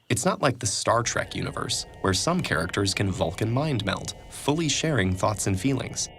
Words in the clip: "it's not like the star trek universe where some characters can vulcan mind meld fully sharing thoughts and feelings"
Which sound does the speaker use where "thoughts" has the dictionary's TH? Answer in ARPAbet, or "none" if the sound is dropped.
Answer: TH